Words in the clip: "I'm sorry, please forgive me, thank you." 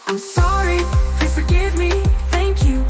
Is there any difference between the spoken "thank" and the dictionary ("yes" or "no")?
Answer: no